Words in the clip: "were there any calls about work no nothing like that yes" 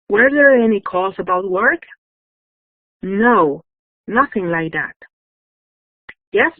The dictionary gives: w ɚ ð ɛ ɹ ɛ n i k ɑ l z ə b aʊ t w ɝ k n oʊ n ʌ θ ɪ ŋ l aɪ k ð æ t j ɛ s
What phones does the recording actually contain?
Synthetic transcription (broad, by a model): w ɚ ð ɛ ɹ ɛ n i k ɑ z ə b aʊ t w ɝ k n oʊ n ʌ θ ɪ ŋ l aɪ k ð æ t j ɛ s